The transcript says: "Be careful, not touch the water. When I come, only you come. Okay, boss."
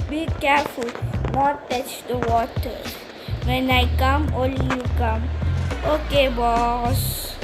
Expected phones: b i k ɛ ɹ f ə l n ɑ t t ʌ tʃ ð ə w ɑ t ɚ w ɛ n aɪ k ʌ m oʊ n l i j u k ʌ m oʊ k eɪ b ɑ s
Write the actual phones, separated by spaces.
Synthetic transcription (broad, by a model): b i k ɛ ɹ f ə l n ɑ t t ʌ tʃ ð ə w ɑ t ɚ w ɛ n aɪ k ʌ m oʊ l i j u k ʌ m oʊ k eɪ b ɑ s